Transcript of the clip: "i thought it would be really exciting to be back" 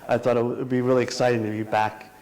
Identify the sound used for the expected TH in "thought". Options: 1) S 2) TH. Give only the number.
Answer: 2